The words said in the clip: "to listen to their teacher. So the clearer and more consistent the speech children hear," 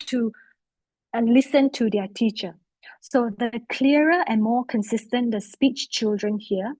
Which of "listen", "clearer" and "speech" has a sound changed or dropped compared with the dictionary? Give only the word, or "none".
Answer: clearer